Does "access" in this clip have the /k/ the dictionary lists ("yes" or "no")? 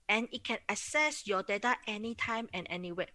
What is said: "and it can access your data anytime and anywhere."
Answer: no